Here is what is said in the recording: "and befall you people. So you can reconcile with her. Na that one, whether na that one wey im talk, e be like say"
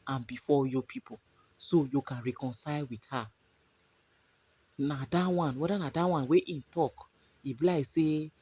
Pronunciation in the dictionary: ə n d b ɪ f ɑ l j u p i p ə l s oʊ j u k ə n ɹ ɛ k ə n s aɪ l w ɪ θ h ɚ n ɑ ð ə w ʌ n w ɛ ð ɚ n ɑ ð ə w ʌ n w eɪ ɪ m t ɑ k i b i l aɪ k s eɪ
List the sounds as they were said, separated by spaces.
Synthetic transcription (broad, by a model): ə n b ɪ f ɑ j u p i p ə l s oʊ j u k ə n ɹ ɛ k ə n s aɪ l w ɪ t h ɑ n ɑ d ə w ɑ n w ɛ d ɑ n ɑ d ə w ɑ n w eɪ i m t ɑ k i b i l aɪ s eɪ